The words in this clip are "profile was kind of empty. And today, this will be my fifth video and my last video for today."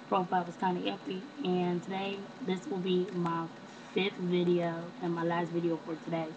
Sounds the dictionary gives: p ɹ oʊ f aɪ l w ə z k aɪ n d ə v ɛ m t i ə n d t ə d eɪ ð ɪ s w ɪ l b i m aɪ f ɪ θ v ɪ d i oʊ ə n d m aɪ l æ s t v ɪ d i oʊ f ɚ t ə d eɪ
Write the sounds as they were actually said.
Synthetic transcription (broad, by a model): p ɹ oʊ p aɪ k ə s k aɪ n ə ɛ t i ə n t ə d eɪ ð ɪ s w ɪ l b i m aɪ f ɪ θ v ɪ d i oʊ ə n m aɪ l æ s t v ɪ d i oʊ f ɚ t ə d eɪ